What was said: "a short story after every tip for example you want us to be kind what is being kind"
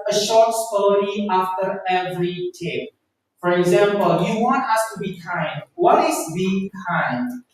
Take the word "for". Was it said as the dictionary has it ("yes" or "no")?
yes